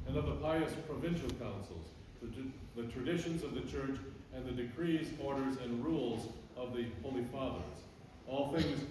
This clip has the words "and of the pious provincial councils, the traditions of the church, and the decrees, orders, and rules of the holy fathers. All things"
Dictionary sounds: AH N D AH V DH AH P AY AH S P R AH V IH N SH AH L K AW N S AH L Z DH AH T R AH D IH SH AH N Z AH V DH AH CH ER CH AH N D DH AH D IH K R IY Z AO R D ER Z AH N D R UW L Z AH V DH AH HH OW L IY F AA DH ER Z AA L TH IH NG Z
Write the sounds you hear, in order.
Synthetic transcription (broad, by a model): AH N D AH V DH AH P AY AH S P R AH V IH N SH L K AW N S L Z DH AH T R AH D IH SH AH N Z AH V DH AH CH ER CH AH N DH AH D IH K R IY Z AO R D ER Z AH N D R UW L Z AH V DH AH HH OW L IY F AA DH ER Z AA L TH IH NG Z